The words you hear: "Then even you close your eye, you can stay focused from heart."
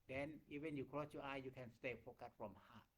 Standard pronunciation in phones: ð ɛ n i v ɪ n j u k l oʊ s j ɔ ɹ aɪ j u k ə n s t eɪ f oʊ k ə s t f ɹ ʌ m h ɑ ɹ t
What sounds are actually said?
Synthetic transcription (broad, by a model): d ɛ n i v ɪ n j u k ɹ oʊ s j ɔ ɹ aɪ j u k ə n s t eɪ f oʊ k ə t f ɹ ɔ m h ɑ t